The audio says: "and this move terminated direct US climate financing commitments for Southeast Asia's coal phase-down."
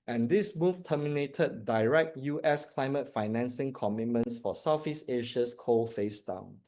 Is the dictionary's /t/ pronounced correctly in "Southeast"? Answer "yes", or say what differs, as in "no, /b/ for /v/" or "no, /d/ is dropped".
no, /t/ is dropped